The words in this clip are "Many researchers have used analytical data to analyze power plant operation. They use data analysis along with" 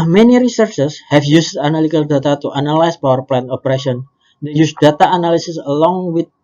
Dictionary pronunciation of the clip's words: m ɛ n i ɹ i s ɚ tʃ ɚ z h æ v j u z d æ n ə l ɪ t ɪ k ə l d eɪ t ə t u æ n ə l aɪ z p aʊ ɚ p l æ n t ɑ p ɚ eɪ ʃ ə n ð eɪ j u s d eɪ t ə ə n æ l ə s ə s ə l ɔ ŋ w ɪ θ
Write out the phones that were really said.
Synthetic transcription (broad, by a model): m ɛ n i ɹ i s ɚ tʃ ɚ s h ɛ f j u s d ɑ n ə l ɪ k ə l d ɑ t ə t u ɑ n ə l aɪ s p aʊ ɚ p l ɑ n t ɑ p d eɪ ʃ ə n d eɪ j u s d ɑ t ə n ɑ l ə s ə s ə l ɔ ŋ w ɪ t